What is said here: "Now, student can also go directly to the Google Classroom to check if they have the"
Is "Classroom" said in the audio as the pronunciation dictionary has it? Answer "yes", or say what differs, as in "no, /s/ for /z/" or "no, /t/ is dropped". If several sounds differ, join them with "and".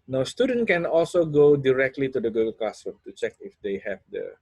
no, /l/ is dropped and /ɹ/ is dropped